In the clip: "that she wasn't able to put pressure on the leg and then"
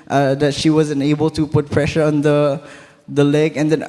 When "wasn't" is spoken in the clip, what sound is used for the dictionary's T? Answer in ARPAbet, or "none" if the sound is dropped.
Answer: none